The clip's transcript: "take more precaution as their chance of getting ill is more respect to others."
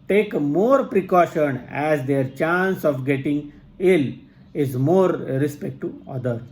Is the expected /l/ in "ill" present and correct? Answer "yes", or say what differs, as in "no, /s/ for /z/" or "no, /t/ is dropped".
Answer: yes